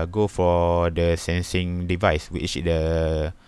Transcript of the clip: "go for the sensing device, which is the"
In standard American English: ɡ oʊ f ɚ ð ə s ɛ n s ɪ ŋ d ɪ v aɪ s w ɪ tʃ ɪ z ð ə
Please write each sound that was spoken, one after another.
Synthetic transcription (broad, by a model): ɡ oʊ f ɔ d ə s ɛ n s ɪ ŋ d ɪ v aɪ s w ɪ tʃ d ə